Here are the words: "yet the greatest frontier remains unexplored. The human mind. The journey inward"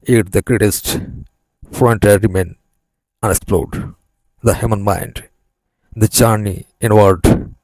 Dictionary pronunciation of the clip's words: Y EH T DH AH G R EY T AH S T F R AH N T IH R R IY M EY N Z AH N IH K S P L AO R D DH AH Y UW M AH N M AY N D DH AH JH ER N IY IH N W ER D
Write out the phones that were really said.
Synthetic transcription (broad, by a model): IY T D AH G R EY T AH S T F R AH N T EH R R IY M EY N AH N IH K S P L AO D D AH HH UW M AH N M AY N D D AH CH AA N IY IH N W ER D